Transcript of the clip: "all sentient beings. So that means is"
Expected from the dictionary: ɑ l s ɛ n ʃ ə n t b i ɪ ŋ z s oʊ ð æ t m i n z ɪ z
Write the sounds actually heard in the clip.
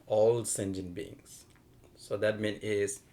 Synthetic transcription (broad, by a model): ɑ l s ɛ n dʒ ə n b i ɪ ŋ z s oʊ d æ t m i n ɪ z